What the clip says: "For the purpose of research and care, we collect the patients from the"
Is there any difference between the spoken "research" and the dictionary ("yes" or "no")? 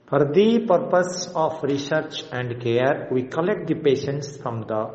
no